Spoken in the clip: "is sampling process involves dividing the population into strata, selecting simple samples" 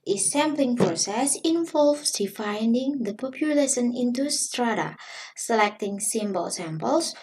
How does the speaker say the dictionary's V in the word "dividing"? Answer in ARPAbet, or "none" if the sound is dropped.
F